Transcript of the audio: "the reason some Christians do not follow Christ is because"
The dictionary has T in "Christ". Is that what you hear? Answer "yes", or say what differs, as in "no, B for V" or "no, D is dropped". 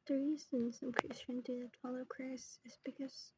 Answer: no, T is dropped